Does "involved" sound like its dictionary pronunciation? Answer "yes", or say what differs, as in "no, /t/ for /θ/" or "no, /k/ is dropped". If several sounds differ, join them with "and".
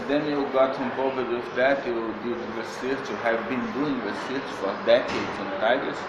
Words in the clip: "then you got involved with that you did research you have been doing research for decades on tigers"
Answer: no, /l/ is dropped